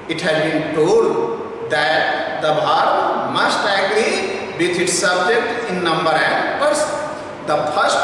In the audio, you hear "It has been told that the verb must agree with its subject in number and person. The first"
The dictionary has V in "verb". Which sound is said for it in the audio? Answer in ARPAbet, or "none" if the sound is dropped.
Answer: B